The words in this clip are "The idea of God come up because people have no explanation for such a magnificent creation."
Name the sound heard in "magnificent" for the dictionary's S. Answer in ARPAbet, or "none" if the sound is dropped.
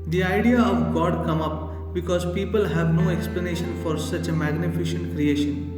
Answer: SH